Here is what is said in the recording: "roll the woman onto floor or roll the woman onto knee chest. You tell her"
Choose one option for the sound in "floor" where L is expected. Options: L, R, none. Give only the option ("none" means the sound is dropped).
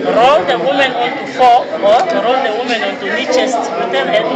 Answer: none